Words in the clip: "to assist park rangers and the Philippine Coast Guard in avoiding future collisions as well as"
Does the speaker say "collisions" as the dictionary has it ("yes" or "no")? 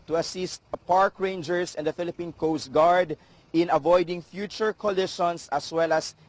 no